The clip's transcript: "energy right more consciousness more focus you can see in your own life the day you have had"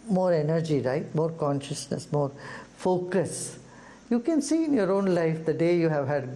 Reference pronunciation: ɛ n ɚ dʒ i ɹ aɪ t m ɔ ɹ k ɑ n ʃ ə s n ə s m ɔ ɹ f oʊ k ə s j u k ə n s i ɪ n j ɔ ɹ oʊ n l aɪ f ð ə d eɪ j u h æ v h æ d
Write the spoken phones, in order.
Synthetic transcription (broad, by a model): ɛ n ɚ dʒ i ɹ aɪ t m ɔ ɹ k ɑ n ʃ ə s n ə s m ɔ ɹ f oʊ k ə s j u k ə n s i ɪ n j ɔ ɹ oʊ n l aɪ f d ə d eɪ j u h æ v h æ d